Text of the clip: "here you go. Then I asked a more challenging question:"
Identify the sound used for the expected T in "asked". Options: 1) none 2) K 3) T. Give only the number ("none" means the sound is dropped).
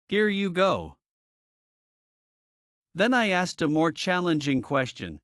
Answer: 3